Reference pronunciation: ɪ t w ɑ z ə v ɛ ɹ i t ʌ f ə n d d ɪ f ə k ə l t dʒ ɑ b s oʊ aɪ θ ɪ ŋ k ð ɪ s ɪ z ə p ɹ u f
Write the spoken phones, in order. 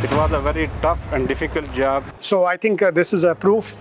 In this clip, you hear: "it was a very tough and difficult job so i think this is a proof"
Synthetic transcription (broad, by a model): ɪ t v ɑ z ə v ɛ ɹ i t ʌ f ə n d d ɪ f ə k ə l t dʒ ɑ b s oʊ aɪ t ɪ ŋ k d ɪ s ɪ z ə p ɹ u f